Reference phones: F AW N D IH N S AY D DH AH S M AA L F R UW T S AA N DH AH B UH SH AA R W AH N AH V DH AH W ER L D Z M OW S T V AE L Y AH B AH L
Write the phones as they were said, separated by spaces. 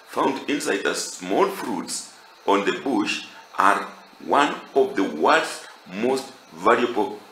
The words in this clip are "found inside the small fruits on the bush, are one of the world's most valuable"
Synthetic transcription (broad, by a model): F AW N D IH N S AY D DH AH S M AA L F R UW T S AA N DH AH B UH SH AA R W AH N AH V DH AH W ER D M OW S T V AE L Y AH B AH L